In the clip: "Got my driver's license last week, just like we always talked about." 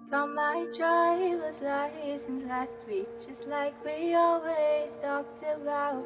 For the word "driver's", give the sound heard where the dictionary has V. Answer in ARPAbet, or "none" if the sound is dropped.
W